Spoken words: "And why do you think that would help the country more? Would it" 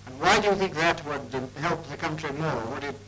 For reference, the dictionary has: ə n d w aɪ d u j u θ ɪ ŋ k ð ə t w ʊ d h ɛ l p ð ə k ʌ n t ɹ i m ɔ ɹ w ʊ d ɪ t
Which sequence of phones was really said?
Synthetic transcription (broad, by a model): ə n w aɪ d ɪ j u θ ɪ ŋ k ð ə t w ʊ d h ɛ l p ð ə k ʌ n t ɹ i m ɔ ɹ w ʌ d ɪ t